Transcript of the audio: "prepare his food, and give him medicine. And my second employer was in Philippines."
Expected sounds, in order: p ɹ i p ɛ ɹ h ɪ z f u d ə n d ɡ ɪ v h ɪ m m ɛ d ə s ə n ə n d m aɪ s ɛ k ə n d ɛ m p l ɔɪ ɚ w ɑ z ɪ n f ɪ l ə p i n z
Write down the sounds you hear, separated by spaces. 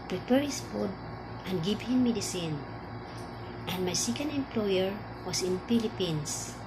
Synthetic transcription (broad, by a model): p ɹ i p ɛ ɹ h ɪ s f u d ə n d ɡ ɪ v h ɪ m m ɛ d ə s ə n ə n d m aɪ s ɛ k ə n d ɛ m p l ɔɪ ɚ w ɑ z ɪ n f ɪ l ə p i n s